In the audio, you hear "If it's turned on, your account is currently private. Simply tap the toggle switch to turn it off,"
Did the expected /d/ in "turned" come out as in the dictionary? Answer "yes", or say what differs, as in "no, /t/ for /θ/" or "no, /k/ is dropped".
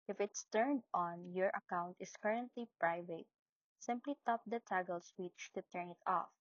yes